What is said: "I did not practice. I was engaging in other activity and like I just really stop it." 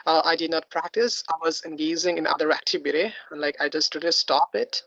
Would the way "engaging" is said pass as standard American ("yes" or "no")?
no